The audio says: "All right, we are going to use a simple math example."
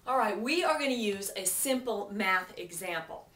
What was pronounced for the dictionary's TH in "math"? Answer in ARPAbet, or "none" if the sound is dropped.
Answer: TH